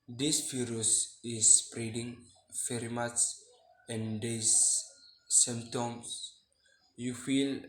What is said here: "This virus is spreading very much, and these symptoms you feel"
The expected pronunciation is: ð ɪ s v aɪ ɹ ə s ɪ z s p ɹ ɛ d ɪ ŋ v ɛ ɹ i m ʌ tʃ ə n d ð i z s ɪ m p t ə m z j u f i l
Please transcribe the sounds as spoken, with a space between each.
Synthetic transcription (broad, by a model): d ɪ s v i ɹ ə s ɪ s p ɹ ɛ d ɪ ŋ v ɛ ɹ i m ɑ s ə n d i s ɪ m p t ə m s j u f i l